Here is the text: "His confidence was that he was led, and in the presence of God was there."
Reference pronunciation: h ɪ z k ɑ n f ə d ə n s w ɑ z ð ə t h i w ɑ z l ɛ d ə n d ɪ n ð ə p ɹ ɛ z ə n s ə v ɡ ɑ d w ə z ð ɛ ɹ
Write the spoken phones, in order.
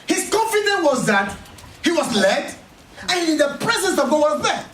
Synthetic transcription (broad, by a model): h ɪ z k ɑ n f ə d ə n w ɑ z ð ə t h i w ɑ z l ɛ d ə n ɪ n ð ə p ɹ ɛ z ə n s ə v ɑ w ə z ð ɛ